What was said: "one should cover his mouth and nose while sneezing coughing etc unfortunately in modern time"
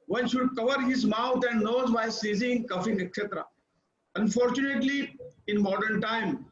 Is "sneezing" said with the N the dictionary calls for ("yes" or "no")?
no